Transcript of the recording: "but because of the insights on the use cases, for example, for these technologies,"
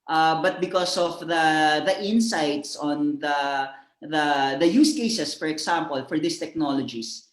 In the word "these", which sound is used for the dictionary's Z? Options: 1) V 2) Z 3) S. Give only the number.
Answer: 3